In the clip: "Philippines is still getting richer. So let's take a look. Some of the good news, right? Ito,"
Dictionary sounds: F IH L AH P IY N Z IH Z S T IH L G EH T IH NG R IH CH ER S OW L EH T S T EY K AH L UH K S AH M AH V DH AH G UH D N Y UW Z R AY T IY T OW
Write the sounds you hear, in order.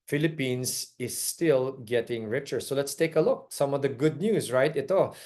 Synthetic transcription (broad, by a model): F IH L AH P IY N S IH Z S T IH L G EH T IH NG R IH CH ER S OW L EH T S T EY K AH L UH K S AH M AH V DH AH G UH D N Y UW S R AY T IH T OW